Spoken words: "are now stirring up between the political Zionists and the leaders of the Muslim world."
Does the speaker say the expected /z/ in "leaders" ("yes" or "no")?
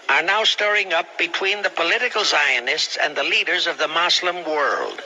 yes